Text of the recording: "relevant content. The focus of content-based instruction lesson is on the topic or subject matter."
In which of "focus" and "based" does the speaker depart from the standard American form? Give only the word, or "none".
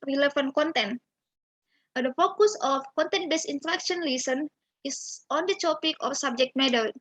based